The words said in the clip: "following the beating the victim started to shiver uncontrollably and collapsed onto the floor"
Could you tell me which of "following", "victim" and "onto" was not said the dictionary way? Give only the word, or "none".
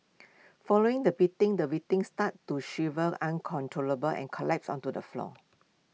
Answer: victim